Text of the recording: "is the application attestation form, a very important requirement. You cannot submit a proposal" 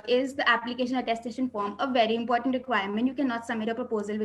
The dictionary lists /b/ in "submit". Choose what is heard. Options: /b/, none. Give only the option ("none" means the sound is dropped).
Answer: none